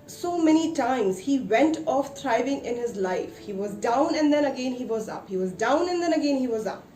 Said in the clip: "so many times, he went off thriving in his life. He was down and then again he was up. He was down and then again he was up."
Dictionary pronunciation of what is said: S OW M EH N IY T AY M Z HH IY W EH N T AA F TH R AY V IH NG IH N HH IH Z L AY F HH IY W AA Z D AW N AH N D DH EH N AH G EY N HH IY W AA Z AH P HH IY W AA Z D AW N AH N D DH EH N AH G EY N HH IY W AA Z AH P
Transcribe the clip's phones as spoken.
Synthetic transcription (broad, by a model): S OW M EH N IY T AY M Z HH IY W EH N T AA F T R AY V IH NG IH N HH IH Z L AY F HH IY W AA Z D AW N AH N D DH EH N AH G EY N HH IY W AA Z AH P HH IY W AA Z D AW N AH N D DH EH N AH G EY N HH IY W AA Z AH P